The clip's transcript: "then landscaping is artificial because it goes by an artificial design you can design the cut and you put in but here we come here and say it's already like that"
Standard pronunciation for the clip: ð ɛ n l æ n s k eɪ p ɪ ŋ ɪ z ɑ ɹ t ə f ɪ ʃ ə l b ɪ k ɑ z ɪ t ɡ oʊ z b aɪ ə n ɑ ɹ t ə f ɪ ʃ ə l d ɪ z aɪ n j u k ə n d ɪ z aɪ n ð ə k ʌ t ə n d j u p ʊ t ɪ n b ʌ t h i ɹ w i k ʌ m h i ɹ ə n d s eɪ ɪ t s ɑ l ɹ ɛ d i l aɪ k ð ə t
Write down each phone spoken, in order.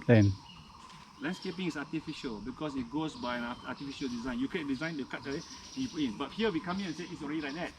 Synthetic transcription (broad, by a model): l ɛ n l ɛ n s k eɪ p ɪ ŋ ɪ s ɑ t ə f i ʃ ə l b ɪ k ɑ s ɪ t ɡ oʊ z b aɪ ə n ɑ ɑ t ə f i ʃ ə l d ɪ z aɪ n j u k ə d ɪ z aɪ n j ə k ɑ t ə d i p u ɪ n b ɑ t h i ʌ w i k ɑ m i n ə n s eɪ ɪ t s ɑ l ɹ ɛ d i l aɪ k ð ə t